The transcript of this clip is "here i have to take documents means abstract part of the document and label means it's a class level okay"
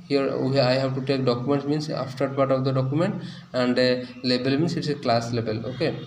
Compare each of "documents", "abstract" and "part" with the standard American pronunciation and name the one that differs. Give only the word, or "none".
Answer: abstract